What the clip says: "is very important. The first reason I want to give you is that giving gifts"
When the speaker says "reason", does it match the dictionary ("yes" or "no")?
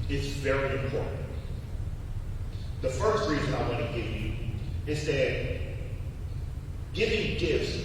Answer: yes